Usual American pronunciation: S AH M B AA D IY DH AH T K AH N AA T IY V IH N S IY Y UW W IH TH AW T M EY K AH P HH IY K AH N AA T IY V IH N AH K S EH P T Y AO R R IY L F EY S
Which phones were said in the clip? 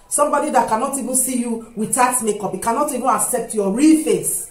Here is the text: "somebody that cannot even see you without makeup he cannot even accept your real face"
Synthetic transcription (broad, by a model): S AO M B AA D IY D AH T K AH N AA T IY V IH N S IY Y UW W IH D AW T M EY K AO P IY K AH N AA T IY V IH N AH K S EH P T Y AO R R IY L F EY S